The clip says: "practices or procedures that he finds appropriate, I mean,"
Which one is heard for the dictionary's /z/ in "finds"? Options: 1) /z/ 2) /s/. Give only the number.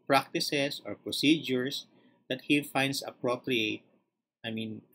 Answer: 2